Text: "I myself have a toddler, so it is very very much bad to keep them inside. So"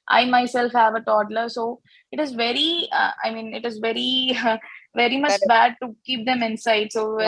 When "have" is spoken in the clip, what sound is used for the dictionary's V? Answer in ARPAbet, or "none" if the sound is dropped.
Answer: V